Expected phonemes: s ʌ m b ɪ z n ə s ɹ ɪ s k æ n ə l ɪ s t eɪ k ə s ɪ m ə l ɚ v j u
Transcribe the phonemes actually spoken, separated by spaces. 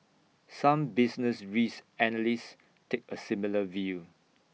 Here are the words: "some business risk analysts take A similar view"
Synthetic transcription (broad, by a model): s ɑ m b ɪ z n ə s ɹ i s æ n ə l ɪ s t eɪ k ə s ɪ m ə l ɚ v j u